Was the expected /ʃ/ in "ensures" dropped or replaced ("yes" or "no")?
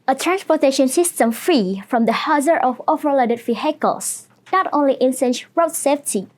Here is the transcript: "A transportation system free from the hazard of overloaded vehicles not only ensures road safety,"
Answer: yes